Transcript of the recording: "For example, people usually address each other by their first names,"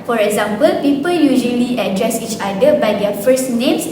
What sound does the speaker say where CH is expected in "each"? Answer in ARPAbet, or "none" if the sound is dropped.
CH